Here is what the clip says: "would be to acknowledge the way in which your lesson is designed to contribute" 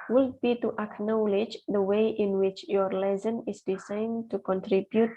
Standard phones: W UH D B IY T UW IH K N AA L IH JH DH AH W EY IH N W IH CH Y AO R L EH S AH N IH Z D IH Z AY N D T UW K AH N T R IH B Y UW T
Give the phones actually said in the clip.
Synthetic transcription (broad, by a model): W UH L B IY T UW IH K N AA L IH JH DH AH W EY IH N W IH CH Y AO R L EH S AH N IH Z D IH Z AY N T UW K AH N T R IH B Y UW T